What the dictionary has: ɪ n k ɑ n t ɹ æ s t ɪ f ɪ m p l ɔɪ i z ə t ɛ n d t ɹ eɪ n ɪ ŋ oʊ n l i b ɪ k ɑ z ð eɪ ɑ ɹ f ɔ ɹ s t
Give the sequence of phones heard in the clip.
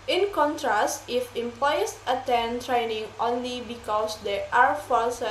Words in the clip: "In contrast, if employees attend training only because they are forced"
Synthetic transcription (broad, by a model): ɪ n k ɑ n t ɹ æ s t ɪ f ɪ m p l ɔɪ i s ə t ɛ n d t ɹ eɪ n ɪ ŋ oʊ n l i b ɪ k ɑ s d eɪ ɑ ɹ f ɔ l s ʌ